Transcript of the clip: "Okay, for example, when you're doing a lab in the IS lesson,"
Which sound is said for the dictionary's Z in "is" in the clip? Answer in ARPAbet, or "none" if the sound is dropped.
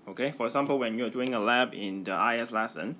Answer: S